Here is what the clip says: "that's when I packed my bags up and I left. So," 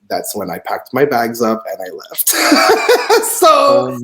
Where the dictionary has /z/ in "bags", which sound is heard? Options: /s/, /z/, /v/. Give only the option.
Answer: /z/